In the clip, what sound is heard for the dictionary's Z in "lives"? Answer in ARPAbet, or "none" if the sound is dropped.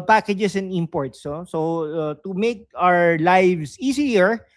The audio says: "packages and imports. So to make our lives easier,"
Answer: S